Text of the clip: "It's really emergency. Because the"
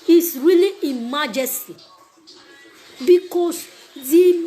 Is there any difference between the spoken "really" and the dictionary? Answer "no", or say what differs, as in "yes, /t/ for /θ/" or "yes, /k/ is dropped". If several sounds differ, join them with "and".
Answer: no